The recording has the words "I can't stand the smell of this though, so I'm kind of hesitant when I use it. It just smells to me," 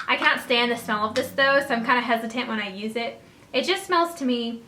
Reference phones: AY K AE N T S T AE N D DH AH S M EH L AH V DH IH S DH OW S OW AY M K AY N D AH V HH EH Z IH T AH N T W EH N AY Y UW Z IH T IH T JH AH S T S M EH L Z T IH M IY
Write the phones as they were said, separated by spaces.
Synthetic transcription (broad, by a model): AY K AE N T S T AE N DH AH S M EH L AH V DH IH S DH OW S OW AY M K AY N D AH HH EH Z IH T AH N T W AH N AY Y UW Z IH T IH T JH AH S T S M EH L Z T IH M IY